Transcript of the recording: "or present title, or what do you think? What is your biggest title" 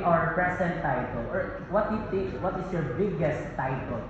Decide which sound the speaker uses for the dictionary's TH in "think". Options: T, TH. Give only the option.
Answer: T